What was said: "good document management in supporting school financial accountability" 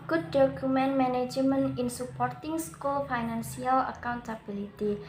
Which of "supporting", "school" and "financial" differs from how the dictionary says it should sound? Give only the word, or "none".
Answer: financial